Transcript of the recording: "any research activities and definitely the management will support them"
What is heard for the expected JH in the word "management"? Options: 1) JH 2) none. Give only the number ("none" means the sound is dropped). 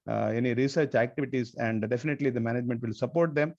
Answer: 1